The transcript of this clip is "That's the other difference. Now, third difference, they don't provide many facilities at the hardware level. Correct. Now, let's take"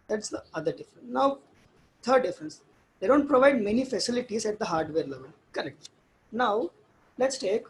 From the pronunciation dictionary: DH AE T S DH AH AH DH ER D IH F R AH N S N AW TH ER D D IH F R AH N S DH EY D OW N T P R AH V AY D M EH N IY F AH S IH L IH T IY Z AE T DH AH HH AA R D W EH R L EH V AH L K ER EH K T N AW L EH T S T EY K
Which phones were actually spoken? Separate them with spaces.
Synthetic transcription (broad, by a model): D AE T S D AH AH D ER D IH F R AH N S N AW T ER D D IH F R AH N S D EY D OW N T P R AH V AY D M EH N IY F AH S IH L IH T IY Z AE T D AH HH AA R D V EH R L EH V AH L K ER EH K T N AW L EH T S T EY K